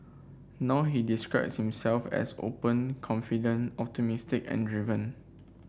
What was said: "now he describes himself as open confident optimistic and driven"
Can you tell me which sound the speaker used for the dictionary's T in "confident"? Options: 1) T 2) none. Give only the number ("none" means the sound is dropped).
2